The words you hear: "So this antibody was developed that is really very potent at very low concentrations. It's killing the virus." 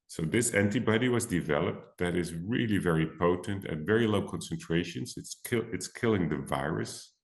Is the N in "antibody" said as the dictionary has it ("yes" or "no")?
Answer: yes